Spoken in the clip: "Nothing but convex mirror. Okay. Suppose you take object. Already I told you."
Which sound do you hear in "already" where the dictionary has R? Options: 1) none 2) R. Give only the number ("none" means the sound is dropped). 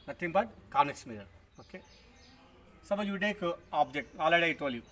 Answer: 1